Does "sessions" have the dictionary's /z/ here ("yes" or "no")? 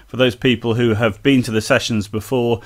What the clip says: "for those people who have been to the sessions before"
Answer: yes